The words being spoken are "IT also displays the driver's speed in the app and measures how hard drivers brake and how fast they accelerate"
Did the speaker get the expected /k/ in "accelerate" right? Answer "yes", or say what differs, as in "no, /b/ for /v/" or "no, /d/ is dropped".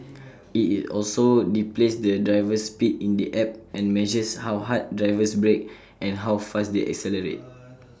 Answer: yes